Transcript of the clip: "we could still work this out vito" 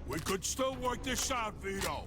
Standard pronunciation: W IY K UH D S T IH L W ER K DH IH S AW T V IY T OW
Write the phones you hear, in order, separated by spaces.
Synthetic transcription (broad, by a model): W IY K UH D S T IH L W ER K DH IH SH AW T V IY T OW